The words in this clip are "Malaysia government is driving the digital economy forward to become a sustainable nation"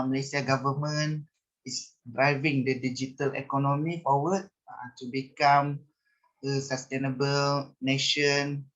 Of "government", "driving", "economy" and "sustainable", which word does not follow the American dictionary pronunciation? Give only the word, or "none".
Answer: government